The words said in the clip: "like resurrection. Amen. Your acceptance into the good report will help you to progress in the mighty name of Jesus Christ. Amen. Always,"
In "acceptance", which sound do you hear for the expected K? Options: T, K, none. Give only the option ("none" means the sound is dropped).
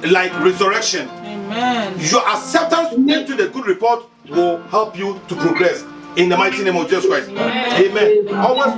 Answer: none